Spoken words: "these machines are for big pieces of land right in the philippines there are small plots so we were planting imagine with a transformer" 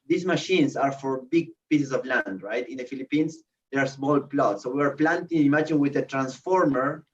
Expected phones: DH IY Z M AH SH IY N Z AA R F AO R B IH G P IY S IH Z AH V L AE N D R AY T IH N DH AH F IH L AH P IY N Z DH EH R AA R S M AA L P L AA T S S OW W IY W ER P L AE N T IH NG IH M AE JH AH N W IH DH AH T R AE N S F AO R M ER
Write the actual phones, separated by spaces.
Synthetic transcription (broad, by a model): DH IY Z M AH SH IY N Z AA R F AO R B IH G P IY S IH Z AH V L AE N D R AY T IH N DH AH F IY L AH P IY N S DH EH R AA R S M AA L P L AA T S S OW W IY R P L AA N T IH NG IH M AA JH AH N W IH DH AH T R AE N S F AO R M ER